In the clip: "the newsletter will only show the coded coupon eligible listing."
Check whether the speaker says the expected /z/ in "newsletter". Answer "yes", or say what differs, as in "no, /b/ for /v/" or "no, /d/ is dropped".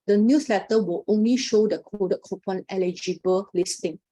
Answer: no, /s/ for /z/